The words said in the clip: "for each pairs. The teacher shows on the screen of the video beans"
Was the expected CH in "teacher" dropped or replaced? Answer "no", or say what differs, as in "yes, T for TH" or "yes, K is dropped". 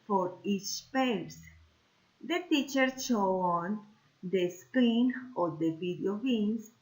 no